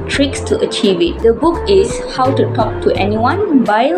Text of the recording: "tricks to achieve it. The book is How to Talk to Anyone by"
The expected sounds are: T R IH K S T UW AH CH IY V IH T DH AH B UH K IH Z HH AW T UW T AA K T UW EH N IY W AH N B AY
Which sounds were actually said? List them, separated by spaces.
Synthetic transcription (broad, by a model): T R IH K S T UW AH CH IY V IH T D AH B UH K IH S HH AW T UW T AA K T UW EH N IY W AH N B AY